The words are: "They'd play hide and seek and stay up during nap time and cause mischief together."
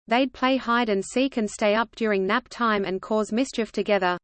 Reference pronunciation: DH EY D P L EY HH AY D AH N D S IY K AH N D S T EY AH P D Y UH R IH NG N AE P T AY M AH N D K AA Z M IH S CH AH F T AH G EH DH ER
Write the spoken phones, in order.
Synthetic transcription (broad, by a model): DH EY D P L EY HH AY D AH N S IY K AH N S T EY AH P D Y UH R IH NG N AE P T AY M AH N K AA Z M IH S CH AH F T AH G EH DH ER